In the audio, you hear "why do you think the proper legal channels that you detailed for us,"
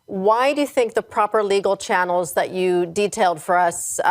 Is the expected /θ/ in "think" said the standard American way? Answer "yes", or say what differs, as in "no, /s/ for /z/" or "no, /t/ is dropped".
yes